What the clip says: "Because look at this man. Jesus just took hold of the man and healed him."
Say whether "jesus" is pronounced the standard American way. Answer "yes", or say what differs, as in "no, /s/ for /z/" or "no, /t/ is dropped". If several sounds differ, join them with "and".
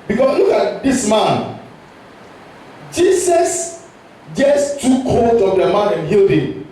no, /s/ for /z/